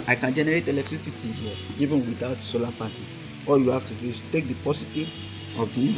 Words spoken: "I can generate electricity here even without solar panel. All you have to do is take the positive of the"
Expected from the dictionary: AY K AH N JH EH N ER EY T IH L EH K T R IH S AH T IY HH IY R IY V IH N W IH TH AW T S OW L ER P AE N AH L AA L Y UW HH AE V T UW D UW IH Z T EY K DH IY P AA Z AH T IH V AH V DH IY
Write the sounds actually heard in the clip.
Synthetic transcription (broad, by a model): AY K AH N JH EH N ER EY T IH L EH K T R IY S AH T IY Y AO IY V IH N W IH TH AW T S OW L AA P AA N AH AA L Y UW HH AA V T UW D UW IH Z T EY K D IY P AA S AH T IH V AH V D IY